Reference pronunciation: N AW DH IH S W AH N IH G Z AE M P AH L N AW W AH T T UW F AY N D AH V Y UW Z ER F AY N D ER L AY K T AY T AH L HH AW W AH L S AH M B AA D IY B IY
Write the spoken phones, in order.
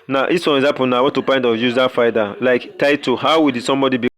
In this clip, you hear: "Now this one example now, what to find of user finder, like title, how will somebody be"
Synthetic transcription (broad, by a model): N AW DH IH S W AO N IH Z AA P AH N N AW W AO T T UW P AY N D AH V Y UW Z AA F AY D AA L AY K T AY T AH HH AW W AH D S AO M B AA D IY B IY